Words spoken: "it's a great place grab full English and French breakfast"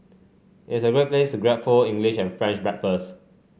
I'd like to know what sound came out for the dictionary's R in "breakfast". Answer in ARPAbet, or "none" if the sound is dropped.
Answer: none